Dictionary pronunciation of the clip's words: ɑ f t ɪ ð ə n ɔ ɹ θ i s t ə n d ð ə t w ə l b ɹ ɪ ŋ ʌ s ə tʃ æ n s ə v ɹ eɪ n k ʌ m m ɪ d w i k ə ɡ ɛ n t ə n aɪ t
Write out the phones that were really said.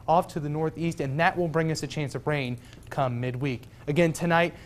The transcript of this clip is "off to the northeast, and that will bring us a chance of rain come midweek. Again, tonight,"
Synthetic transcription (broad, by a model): ɑ f t ɪ ð ə n ɔ ɹ θ i s t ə n ð ə t w ə l b ɹ ɪ ŋ ʌ s ə tʃ æ n s ə v ɹ eɪ n k ʌ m m ɪ d w i k ə ɡ ɛ n t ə n aɪ t